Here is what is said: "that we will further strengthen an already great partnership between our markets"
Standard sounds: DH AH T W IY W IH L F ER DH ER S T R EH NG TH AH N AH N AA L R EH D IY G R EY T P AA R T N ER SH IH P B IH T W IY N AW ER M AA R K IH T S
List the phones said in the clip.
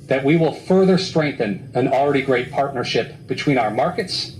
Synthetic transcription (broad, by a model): DH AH T W IY W IH L F ER DH ER S T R EH NG TH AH N AH N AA L R EH D IY G R EY T P AA R T N ER SH IH P B IH T W IY N AW ER M AA R K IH T S